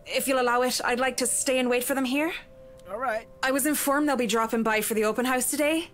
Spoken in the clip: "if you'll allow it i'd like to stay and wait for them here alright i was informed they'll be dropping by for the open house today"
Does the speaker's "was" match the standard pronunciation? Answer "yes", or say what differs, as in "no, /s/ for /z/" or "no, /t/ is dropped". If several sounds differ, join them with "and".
yes